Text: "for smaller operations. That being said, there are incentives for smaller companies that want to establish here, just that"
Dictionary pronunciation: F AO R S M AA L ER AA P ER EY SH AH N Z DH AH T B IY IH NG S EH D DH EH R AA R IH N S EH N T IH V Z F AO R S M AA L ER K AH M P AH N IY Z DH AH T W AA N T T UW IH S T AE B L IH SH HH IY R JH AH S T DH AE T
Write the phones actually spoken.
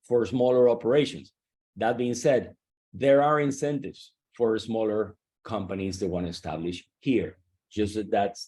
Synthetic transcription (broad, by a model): F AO R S M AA L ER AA P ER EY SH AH N S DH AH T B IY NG S EH D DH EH R AA R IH N S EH N T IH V S F AO R S M AA L ER K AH M P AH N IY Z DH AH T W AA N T T UW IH S T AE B L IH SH HH IY R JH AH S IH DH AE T